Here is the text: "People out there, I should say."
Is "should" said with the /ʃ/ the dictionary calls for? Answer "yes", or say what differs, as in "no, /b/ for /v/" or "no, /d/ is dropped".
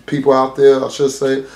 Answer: no, /s/ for /ʃ/